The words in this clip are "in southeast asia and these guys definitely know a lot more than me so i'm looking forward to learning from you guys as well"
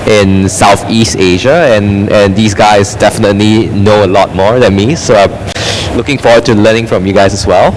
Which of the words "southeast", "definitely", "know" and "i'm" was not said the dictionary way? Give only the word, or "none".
none